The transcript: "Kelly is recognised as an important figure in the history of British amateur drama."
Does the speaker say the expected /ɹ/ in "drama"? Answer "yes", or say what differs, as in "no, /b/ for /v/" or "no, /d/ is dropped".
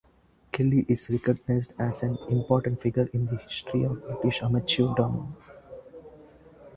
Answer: no, /ɹ/ is dropped